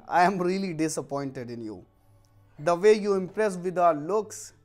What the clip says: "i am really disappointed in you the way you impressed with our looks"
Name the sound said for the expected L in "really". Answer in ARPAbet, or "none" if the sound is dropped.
L